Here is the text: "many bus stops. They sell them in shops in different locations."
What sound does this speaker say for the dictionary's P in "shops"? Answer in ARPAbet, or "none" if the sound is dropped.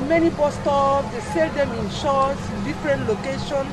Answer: none